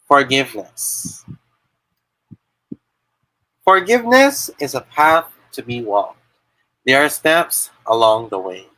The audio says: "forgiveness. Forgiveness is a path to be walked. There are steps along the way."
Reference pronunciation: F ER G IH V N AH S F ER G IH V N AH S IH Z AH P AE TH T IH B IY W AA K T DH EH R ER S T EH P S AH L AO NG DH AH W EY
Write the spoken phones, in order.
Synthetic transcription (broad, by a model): F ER G IH V N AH S F ER G IH V N AH S IH Z AH P AE TH T IH B IY W AA K T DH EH R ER S T EH P S AH L AO NG DH AH W EY